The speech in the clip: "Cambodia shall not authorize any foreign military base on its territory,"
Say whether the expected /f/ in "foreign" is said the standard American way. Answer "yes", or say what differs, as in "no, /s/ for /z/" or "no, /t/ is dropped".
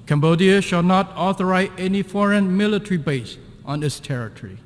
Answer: yes